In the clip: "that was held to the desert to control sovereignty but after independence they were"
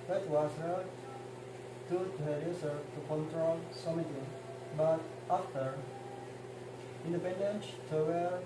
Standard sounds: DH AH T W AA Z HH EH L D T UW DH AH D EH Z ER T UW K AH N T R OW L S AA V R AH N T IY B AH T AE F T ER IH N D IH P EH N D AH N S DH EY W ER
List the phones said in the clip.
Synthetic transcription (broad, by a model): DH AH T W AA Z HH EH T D T UW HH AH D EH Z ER T UW K AH N T R OW L S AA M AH T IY B AH T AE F T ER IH N D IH P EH N D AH N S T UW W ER